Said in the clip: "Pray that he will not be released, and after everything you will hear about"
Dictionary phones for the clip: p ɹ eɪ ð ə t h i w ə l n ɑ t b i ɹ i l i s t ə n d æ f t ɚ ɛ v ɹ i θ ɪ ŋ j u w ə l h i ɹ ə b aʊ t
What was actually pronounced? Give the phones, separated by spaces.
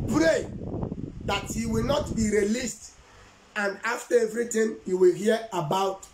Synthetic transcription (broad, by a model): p ɹ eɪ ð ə t h i w ə l n ɑ t b i ɹ i l i s t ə n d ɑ f t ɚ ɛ v ɹ i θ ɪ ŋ j u w ə l h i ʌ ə b aʊ t